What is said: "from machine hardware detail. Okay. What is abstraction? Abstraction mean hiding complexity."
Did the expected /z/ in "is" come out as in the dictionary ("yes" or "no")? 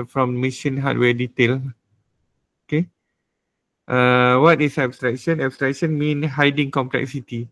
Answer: no